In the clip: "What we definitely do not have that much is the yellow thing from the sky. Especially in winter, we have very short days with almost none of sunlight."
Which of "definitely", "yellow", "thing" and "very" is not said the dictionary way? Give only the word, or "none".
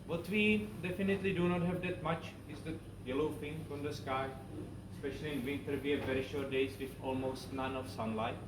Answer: thing